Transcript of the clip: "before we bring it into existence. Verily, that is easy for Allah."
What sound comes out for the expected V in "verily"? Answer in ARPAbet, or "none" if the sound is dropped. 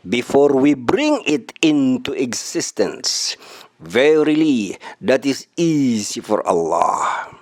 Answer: V